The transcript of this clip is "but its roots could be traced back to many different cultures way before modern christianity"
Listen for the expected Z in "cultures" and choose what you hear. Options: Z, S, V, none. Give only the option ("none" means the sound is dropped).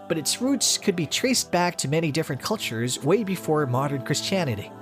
Z